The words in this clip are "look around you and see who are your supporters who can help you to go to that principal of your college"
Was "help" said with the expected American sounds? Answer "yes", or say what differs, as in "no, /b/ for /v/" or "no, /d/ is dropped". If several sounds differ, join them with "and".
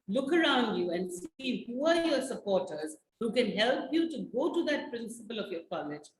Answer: yes